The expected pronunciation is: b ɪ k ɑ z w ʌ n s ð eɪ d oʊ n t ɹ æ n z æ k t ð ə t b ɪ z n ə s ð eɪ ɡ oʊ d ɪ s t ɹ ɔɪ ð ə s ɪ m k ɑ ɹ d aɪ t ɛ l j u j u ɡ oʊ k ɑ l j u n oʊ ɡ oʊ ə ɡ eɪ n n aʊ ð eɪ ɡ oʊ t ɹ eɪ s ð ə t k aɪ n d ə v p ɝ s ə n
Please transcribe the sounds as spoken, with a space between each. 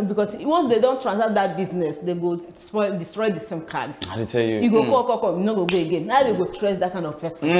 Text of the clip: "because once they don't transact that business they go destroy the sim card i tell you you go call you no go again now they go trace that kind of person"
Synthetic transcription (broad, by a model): b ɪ k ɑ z w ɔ n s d eɪ d oʊ n t ɹ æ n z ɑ t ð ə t b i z n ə s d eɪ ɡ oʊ d ɪ s t ɹ ɔɪ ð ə s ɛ m k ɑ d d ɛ t ɛ l j u j u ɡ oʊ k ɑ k j u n oʊ ɡ oʊ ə ɡ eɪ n n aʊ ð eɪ ɡ oʊ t ɹ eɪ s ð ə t k aɪ n d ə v p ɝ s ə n